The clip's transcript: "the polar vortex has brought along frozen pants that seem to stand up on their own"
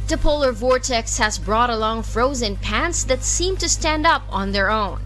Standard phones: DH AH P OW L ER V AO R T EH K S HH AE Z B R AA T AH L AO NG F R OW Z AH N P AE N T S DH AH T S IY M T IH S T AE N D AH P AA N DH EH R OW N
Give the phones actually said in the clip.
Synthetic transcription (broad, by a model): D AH P OW L ER V AO R T EH K S HH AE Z B R AA T AH L AO NG F R OW Z AH N P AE N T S DH AH T S IY M T IH S T AE N D AH P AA N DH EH R OW N